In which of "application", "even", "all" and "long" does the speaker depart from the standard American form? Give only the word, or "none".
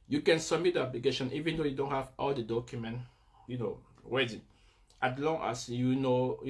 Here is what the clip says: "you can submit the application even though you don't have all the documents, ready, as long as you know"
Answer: application